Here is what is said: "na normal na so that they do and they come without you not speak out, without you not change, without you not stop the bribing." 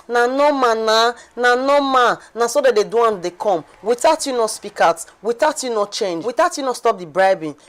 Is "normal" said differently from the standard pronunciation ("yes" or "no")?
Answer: yes